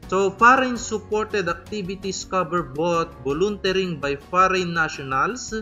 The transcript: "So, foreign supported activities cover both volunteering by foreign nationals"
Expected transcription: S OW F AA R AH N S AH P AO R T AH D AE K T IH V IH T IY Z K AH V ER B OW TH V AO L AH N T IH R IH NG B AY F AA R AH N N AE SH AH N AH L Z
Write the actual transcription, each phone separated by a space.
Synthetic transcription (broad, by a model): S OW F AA R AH N S AH P AO R T AH D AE K T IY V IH T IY S K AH B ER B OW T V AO L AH N T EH R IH NG B AY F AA R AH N N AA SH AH N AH L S